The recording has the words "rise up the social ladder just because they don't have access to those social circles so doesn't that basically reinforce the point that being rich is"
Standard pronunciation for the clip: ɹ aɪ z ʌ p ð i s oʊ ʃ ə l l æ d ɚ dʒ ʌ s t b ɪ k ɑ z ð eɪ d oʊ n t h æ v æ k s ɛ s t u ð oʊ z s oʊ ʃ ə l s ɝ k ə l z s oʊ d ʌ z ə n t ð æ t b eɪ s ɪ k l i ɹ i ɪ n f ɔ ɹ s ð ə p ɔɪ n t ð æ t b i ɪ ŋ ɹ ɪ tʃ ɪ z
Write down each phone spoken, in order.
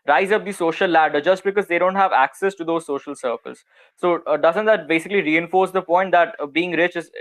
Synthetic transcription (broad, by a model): ɹ aɪ z ʌ p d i s oʊ ʃ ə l l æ d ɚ dʒ ʌ s t b ɪ k ɑ z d eɪ d oʊ n t h æ v æ k s ɛ s t u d oʊ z s oʊ ʃ ə l s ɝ k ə l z s oʊ d ʌ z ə n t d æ t b eɪ s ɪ k l i ɹ i ɪ n f ɔ ɹ s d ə p ɔɪ n t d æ t b i ɪ ŋ ɹ ɪ tʃ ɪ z